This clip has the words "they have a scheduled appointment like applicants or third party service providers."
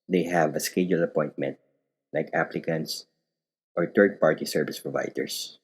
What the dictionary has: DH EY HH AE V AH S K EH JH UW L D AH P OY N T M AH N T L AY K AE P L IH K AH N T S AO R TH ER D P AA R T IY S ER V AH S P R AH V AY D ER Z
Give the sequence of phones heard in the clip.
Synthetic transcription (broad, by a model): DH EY HH AE V AH S K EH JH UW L AH P OY N T M AH N T L AY K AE P L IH K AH N T S AO R T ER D P AA R T IY S ER V AH S P R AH V AY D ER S